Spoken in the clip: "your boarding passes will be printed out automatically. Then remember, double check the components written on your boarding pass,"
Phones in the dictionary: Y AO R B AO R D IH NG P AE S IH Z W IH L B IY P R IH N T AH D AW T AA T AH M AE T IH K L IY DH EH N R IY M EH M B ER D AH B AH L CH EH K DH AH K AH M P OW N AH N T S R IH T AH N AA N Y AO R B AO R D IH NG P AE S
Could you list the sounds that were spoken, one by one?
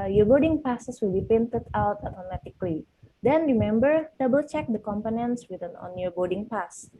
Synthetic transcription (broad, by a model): Y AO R B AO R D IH NG P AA S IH S W IH L B IY P IH N T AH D AW T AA T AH M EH T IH K L IY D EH N R IY M EH M B ER D AH B AH L CH EH K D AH K AH M P OW N AH N T S W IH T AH N AA N Y AO R B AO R D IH NG P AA S